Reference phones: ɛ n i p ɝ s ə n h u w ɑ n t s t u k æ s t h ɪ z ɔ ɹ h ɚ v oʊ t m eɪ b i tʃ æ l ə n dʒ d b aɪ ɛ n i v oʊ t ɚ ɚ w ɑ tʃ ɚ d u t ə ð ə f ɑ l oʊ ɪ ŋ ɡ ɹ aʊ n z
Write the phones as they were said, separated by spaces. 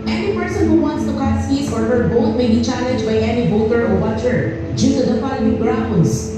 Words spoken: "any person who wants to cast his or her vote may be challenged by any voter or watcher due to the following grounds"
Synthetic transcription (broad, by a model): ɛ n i p ɝ s ə n h u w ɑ n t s t u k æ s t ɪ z ɔ ɹ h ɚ b oʊ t m eɪ b i tʃ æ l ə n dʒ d b aɪ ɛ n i b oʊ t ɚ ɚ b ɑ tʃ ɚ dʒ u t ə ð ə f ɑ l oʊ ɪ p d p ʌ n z